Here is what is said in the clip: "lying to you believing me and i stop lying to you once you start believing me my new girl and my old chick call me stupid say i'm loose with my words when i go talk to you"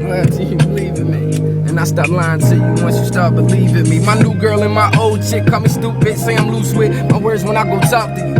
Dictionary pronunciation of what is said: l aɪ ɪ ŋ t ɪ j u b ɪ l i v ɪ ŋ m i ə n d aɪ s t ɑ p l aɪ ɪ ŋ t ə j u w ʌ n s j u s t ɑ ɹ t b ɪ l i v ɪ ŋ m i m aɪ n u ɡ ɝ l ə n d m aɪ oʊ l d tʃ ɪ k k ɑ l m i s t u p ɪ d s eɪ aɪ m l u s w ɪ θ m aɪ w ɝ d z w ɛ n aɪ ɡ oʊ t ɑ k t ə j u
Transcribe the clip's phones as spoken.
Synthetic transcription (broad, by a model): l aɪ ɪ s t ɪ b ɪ l i v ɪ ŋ m i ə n aɪ s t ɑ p l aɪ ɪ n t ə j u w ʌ s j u s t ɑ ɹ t b ɪ l i v ɪ ŋ m i m aɪ n u ɡ ɝ l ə n m aɪ oʊ l d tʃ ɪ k k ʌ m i s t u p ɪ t s eɪ aɪ m l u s w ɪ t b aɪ w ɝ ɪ z w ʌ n aɪ ɡ oʊ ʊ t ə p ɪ